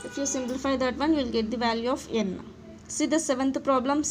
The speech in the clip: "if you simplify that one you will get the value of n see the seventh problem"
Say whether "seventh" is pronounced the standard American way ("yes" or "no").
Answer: no